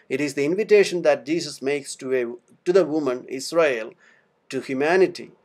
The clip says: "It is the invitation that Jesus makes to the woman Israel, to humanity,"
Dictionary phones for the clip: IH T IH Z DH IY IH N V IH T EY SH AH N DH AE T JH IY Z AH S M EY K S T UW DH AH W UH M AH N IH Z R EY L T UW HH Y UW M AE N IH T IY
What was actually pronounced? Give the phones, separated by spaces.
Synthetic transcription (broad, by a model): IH T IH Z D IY IH N V IH T EY SH AH N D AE T JH IY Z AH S M EY K S T UW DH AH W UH M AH N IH S R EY L T UW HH Y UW M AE N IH T IY